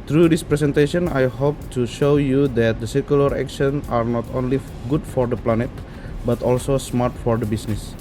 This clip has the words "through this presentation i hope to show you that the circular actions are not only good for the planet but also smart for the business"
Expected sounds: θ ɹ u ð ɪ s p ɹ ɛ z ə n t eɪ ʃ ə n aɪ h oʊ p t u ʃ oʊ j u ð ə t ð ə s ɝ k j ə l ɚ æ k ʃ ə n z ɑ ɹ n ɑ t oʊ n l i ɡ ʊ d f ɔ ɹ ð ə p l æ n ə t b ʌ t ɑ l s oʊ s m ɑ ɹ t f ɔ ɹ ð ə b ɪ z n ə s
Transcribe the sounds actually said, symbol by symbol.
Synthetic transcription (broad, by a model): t ɹ u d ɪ s p ɹ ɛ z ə n t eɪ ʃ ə n aɪ h oʊ p t u ʃ oʊ j u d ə t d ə s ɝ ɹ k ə l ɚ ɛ k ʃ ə n ɑ ɹ n ɑ t oʊ n l i ɡ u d f ɔ ɹ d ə p l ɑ n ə t b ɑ t ɑ l s oʊ s m ɑ ɹ t f ɔ ɹ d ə b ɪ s n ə s